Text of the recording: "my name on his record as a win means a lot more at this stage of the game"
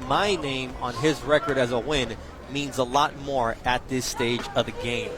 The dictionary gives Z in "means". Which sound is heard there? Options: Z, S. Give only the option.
Z